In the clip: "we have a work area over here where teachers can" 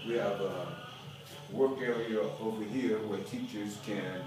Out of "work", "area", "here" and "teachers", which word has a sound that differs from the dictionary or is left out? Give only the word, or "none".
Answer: area